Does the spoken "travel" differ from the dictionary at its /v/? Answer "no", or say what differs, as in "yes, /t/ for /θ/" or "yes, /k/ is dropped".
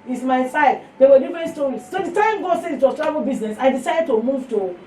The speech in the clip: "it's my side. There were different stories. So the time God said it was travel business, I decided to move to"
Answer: yes, /v/ is dropped